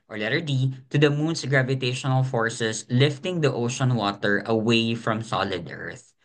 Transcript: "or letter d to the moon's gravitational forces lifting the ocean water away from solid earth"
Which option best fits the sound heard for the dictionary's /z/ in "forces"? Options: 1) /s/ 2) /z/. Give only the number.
1